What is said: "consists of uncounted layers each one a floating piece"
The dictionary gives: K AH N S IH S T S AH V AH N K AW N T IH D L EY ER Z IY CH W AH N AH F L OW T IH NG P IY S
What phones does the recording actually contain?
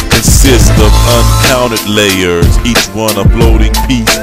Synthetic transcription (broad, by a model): K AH N S IH S T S AH V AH N K AW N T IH D L EY ER Z IY CH W AH N AH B L OW T IH NG P IY S